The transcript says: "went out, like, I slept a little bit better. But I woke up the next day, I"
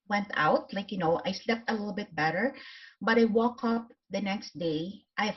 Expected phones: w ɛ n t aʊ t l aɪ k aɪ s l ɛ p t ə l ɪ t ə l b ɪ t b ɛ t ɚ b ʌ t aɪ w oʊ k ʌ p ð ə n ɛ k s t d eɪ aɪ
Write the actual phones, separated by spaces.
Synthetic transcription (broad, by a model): w ɛ n t aʊ t l aɪ k aɪ s l ɛ p t ə l ɪ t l b ɪ t b ɛ t ɚ b ʌ t aɪ w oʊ k ʌ p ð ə n ɛ k s t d eɪ aɪ